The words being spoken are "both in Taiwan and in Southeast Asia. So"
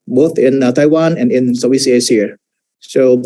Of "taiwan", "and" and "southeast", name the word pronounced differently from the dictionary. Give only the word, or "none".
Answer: southeast